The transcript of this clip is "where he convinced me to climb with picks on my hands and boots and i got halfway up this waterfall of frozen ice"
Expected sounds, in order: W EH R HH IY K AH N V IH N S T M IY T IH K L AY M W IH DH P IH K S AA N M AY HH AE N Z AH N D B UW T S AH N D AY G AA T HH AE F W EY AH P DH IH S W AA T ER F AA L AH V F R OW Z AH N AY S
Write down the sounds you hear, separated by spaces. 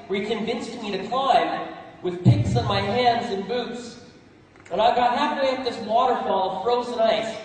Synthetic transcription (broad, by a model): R IY K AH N V IH N S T M IY T IH K L AY M W IH DH P IH K S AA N M AY HH AE N Z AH N B UW T S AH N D AY G AA T HH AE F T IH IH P DH IH S W AA T ER F AA L AH V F R OW Z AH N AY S